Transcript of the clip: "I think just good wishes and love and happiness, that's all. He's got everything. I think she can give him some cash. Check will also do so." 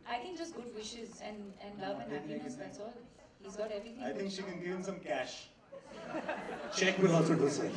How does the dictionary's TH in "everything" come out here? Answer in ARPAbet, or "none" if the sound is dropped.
T